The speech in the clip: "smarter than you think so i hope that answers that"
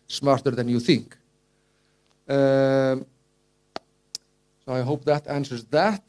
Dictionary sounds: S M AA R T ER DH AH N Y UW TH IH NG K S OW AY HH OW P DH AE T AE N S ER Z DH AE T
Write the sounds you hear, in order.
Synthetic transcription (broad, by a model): S M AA R T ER DH AH N Y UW TH IH NG K S OW AY HH OW P DH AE T AE N S ER Z DH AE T